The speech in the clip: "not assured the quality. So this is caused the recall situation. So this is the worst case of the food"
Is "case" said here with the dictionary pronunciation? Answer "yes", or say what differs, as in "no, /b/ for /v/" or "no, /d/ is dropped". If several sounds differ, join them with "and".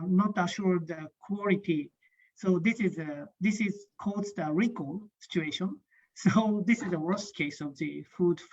yes